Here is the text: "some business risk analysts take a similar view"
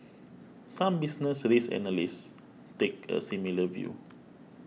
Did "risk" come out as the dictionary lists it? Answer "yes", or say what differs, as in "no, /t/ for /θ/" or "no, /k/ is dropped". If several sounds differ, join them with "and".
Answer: no, /k/ is dropped